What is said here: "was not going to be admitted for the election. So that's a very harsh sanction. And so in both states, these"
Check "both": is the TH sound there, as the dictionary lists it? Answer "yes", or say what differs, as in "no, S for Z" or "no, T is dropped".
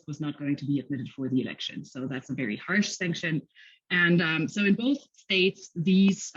yes